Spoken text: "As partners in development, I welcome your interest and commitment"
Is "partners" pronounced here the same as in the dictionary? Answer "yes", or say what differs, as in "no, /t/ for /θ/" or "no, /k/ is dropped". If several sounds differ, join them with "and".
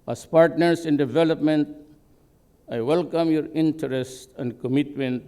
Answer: no, /s/ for /z/